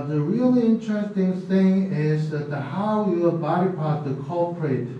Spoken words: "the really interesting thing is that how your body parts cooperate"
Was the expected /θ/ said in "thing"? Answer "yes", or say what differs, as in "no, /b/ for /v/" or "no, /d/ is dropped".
yes